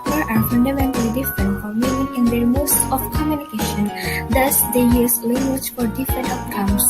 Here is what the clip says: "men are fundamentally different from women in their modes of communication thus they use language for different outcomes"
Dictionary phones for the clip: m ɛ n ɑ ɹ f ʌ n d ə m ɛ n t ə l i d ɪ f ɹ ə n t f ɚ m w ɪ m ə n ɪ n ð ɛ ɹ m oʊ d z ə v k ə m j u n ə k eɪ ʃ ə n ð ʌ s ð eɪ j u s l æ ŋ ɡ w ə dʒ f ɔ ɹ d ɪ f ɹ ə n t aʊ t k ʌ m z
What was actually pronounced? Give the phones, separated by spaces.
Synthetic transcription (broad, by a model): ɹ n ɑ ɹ f ʌ n d ə m ɛ n t ə l i d ɪ f ɹ ə n t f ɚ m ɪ ə ɪ n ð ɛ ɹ m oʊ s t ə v k ə m j u n ə k eɪ ʃ ə n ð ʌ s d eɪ j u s l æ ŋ ɡ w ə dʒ f ɔ ɹ d ɪ f ɹ ə n t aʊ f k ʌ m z